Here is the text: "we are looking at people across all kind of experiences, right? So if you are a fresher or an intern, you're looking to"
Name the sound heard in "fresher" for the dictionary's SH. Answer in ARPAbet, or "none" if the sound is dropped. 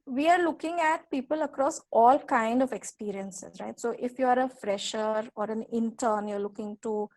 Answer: SH